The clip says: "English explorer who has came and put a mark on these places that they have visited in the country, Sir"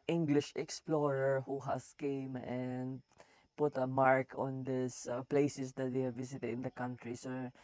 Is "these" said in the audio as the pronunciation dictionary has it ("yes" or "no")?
no